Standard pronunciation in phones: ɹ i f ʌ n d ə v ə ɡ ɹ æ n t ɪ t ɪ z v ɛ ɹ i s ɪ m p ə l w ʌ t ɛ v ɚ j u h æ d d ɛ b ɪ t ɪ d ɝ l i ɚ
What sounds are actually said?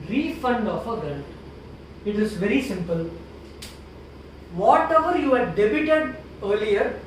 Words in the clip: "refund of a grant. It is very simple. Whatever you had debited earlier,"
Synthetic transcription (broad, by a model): ɹ i f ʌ n d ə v ə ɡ ɛ l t ɪ t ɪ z v ɛ ɹ i s ɪ m p ə l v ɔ t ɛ v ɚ j u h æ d d ɛ b ɪ t ɪ d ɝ l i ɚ